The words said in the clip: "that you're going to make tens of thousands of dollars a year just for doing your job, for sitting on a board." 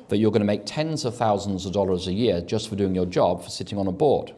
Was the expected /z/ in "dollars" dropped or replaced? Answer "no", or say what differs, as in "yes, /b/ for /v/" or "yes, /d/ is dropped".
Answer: no